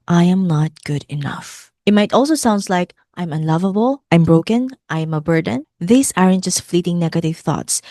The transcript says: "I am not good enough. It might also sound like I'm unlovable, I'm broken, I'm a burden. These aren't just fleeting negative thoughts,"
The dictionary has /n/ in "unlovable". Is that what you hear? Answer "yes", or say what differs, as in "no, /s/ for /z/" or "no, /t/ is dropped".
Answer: yes